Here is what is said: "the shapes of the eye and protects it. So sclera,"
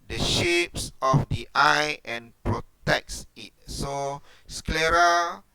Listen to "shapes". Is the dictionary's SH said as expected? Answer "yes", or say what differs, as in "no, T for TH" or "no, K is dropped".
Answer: yes